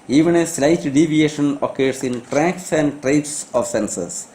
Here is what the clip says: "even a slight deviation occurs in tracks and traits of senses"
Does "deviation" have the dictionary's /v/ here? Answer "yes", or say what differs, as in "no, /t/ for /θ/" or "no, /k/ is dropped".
yes